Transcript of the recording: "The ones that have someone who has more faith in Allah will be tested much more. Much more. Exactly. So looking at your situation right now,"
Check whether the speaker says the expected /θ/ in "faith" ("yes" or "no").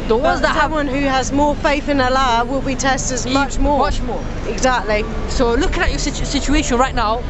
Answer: yes